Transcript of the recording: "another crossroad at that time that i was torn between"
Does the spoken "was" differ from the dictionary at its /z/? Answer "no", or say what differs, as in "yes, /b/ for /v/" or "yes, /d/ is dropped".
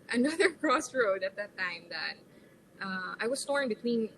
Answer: yes, /s/ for /z/